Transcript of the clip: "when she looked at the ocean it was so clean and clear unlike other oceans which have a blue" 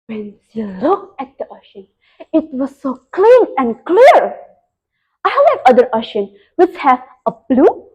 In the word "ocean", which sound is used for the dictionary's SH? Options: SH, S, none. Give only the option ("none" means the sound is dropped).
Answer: SH